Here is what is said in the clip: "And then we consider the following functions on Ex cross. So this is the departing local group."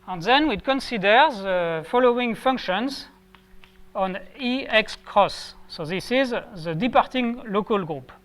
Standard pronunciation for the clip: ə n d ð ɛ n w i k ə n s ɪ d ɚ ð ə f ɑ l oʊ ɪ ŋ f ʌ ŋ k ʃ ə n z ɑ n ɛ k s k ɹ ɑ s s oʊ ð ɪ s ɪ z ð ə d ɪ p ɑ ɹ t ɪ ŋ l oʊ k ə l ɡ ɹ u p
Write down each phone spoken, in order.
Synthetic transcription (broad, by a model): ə n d ð ɛ n w i k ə n s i d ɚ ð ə f ɑ l oʊ ɪ ŋ f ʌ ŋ k ʃ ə n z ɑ n ɛ k s k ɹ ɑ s s oʊ ð ɪ s ɪ z ð ə d ɪ p ɑ ɹ t ɪ ŋ l oʊ k ə l ɡ ɹ u p